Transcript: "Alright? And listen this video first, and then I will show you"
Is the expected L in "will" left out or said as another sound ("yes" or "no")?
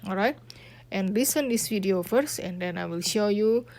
no